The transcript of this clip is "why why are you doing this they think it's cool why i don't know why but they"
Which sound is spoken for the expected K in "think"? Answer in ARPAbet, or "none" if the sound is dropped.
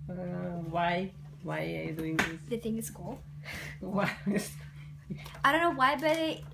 none